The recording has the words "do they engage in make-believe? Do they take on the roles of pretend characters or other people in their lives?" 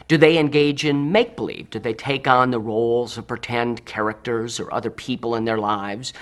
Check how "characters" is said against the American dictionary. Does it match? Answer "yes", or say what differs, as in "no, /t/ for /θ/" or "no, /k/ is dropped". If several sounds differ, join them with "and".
yes